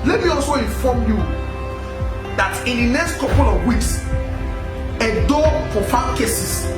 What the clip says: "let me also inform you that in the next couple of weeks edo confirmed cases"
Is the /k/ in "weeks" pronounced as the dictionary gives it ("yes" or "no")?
yes